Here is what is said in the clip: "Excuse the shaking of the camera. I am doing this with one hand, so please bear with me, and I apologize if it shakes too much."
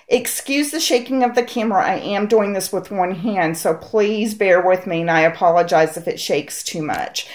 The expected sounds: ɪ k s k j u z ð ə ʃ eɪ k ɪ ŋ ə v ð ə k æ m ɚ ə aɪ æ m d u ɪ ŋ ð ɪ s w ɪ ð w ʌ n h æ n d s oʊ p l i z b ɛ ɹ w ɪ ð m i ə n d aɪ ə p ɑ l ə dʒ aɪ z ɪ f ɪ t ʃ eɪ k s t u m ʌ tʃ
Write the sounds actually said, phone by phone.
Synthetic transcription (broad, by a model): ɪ k s k j u z ð ə ʃ eɪ k ɪ ŋ ə v ð ə k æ m ɚ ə aɪ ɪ m d u ɪ ŋ ð ɪ s w ɪ ð w ʌ n h æ n d s oʊ p l i z b ɛ ɹ w ɪ ð m i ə n aɪ ə p ɑ l ə dʒ aɪ z ɪ f ɪ t ʃ eɪ k s t u m ʌ tʃ